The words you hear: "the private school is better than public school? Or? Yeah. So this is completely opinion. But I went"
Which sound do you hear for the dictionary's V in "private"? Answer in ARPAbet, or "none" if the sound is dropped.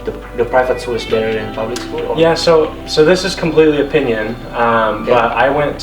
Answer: F